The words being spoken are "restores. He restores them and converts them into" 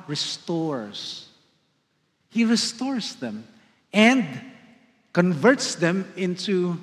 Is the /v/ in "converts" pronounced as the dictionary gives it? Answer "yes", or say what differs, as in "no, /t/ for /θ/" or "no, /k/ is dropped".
yes